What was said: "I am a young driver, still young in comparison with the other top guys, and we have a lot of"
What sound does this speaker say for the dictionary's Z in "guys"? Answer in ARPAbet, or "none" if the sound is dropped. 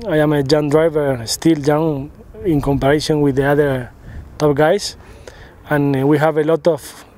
S